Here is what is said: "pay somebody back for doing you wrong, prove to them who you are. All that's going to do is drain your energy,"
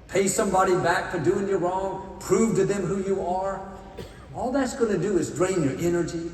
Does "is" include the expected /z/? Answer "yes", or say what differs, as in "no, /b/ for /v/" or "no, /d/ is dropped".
yes